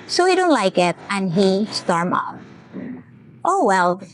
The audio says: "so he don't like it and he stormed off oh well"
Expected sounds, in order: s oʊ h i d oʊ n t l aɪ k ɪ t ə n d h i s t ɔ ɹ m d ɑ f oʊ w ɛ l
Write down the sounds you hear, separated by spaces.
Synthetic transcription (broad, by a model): s oʊ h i d oʊ n t l aɪ k ɪ t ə n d h i s t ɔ ɹ m ɑ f oʊ w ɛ l